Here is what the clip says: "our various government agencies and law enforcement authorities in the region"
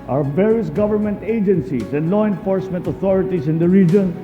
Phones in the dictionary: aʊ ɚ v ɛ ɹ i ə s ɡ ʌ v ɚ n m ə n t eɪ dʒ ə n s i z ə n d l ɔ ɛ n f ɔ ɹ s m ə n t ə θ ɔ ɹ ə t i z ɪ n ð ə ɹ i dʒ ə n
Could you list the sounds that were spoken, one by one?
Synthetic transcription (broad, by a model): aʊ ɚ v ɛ ɹ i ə s ɡ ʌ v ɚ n m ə n t eɪ dʒ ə n s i s ə n d l ɔ ɛ n f ɔ ɹ s m ə n t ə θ ɔ ɹ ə t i s ɪ n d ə ɹ i dʒ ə n